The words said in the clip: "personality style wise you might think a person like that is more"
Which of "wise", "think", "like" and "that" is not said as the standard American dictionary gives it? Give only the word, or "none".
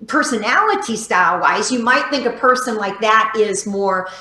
none